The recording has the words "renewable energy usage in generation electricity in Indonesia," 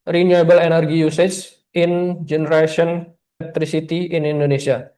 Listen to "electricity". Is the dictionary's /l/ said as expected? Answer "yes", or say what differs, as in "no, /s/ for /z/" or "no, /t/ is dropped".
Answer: no, /n/ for /l/